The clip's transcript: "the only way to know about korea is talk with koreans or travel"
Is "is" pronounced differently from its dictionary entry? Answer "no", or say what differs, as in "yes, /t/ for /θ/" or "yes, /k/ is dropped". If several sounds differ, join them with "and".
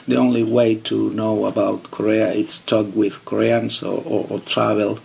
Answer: yes, /s/ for /z/